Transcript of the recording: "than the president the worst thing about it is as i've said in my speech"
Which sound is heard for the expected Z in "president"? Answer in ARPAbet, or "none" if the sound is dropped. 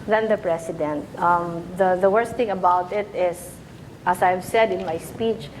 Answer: S